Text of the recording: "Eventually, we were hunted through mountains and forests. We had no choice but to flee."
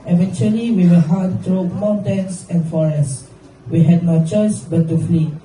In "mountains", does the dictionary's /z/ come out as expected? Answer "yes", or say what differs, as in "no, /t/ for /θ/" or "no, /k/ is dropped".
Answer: no, /s/ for /z/